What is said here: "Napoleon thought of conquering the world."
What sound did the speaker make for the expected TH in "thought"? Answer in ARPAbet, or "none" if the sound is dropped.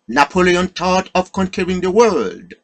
T